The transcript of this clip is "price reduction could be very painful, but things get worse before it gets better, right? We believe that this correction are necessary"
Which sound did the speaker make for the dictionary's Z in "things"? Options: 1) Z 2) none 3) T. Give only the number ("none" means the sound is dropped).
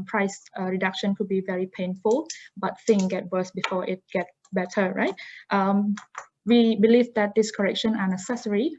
2